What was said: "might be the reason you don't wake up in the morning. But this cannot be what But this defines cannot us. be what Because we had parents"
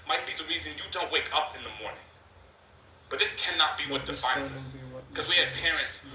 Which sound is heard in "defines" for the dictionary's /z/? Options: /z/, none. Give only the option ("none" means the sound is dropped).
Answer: /z/